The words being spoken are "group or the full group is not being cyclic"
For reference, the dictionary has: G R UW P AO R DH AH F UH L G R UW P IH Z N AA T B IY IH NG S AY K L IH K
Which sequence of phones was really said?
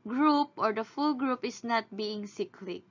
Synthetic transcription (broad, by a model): G R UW P AO R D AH F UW L G R UW P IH S N AA T B IY IH NG S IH K L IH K